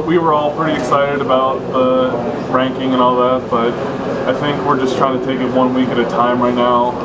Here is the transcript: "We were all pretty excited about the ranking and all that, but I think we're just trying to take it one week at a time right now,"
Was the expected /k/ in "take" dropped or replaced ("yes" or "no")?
no